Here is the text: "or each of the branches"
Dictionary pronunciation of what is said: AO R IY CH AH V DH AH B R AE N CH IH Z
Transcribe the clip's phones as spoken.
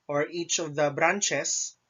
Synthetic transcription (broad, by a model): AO R IY CH AH V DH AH B R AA N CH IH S